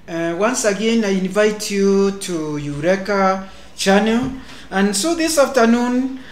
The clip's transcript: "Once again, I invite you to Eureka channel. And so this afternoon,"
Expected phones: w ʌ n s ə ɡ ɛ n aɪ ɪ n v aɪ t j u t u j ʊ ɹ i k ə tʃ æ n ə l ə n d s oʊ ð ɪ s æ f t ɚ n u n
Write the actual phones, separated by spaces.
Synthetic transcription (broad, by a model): w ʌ n s ə ɡ ɛ n aɪ ɪ n v aɪ t j u t u j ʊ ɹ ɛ k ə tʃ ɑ n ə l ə n s oʊ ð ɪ s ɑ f t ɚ n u n